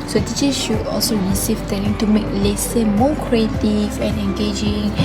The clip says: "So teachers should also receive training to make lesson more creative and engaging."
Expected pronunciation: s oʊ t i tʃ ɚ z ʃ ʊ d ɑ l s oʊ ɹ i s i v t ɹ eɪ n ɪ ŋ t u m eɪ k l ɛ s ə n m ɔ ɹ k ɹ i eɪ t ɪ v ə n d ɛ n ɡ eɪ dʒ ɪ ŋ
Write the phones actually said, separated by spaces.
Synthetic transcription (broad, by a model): s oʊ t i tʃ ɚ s ʃ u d ɑ l s oʊ ɹ i s i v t eɪ l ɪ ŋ t u m eɪ k l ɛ s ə m ɔ k ɹ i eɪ t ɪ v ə n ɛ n ɡ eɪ dʒ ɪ ŋ